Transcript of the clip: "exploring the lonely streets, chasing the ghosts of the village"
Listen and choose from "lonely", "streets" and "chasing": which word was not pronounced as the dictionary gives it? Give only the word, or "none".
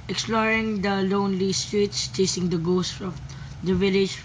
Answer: none